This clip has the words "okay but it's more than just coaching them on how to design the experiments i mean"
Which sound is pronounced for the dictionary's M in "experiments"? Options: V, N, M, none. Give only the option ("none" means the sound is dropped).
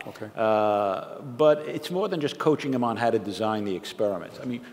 M